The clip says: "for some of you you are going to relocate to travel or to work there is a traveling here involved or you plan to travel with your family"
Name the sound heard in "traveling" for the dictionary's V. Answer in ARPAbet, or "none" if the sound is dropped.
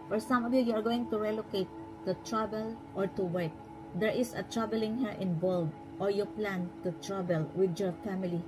B